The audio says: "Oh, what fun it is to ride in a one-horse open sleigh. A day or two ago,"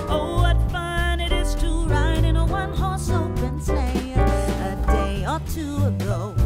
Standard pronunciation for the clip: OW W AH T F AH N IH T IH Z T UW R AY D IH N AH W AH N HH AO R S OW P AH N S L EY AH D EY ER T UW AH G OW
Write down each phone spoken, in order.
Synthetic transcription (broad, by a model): OW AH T F AH N IH T IH Z T UW R AY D IH N AH W AH N HH AO R S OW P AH N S EY AH D EY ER T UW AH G OW